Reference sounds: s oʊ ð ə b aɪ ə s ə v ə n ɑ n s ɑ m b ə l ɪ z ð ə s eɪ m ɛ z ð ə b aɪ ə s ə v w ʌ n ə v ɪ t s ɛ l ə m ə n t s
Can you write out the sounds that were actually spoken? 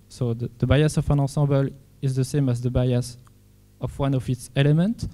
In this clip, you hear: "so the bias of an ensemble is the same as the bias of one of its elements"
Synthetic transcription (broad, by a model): s oʊ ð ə b aɪ ə s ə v ə n ɑ s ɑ b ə l ɪ z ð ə s eɪ m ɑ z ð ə b aɪ ə s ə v w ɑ n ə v ɪ t s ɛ l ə m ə n t